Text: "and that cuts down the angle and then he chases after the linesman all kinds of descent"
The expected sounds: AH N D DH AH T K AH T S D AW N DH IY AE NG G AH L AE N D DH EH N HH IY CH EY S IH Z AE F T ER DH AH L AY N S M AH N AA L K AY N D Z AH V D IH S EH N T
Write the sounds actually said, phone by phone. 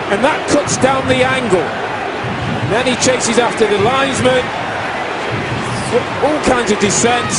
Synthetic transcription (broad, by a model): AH N DH AH T K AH T S D AW N DH IY AE NG G AH L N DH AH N IY CH EY S IH Z AE F T ER DH AH L AY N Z M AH N AA L K AY N D Z AH V D IH S EH N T